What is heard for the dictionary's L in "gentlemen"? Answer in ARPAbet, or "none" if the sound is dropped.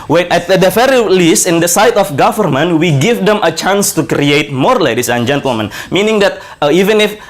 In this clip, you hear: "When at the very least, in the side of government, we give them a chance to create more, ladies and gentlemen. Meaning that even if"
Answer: L